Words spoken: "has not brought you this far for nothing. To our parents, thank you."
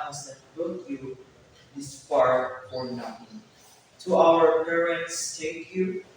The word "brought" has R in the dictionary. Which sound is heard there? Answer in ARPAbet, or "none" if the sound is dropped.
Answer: none